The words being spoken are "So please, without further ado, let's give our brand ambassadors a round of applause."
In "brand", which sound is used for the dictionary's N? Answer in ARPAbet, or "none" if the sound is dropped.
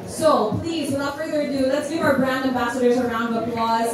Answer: N